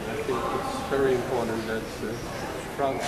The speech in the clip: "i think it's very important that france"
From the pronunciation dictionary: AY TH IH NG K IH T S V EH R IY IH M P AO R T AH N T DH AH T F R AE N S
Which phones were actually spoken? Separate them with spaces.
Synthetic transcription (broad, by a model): AY TH IH NG K IH T S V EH R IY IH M P AO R T N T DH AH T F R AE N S